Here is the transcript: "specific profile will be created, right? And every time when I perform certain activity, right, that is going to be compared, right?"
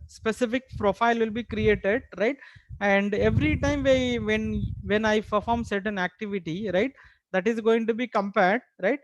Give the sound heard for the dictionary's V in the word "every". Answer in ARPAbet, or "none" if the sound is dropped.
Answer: V